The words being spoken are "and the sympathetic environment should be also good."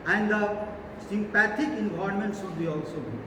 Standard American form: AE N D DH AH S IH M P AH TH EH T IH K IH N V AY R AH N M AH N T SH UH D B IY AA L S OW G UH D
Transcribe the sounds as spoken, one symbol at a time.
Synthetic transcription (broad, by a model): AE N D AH S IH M P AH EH T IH K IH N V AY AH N M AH N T S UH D B IY AA L S OW